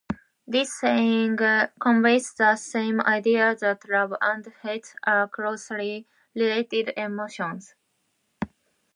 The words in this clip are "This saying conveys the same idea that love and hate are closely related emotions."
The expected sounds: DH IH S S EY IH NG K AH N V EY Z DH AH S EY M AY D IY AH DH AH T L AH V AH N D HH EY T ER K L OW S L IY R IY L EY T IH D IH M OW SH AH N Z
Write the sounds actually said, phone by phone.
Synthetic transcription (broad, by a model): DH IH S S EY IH NG K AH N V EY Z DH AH S EY M AY D IY AH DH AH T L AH B AH N D HH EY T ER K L OW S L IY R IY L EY T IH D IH M OW SH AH N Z